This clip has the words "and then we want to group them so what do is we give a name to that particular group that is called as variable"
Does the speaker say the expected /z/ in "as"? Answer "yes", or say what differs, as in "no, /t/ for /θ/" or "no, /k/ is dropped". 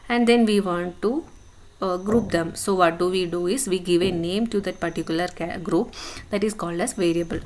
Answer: no, /s/ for /z/